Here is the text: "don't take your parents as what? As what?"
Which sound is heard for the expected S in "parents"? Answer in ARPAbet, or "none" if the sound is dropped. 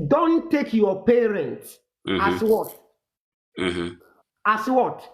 S